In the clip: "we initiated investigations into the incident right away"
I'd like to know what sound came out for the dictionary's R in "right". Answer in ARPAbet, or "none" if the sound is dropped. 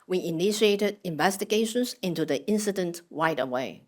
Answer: W